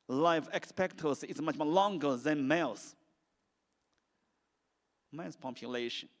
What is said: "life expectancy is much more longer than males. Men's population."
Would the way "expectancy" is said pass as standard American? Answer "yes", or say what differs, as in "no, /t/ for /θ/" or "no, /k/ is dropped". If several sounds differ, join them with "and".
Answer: no, /n/ is dropped